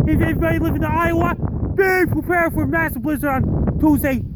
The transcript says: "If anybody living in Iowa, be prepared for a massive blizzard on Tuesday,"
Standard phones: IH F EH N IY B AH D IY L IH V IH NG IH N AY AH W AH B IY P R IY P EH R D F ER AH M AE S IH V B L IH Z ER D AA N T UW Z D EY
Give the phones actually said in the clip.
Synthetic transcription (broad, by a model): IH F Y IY AH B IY L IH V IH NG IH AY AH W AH B IY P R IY P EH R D F ER M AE S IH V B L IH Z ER AA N T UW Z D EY